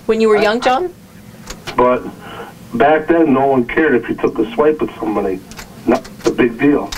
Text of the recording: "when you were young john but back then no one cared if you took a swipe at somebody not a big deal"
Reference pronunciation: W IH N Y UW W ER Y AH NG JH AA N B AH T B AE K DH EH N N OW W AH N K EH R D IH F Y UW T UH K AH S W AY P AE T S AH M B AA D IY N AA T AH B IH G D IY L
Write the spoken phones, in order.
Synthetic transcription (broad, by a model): W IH N Y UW W ER Y AH NG JH AA N B AH T B AE K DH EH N N OW W AH N K EH R D IH F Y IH T UH K AH S W AY P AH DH S AH M B AA D IY N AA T AH B IH G D IY L